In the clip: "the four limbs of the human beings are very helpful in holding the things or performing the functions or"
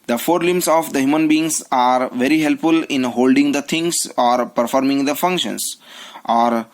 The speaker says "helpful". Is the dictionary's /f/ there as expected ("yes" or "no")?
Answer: yes